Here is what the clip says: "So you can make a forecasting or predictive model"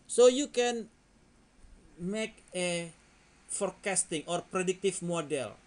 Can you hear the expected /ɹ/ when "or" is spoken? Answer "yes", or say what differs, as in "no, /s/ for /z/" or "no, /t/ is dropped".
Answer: yes